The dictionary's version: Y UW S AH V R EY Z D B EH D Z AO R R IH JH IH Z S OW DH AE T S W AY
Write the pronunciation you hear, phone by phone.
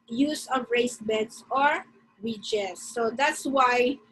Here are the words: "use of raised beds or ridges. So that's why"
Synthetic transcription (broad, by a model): Y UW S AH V R EY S B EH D S AO R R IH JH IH S OW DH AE T S W AY